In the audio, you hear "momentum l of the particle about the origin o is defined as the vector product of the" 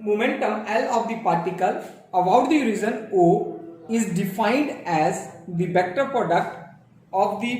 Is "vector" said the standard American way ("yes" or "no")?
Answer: no